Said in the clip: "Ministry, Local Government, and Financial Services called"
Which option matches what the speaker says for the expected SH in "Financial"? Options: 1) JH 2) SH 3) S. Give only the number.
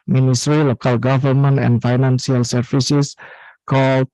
3